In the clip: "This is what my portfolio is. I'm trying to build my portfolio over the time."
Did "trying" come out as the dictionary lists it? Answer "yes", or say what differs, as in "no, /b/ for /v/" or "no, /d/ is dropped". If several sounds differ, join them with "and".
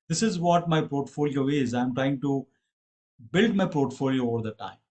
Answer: yes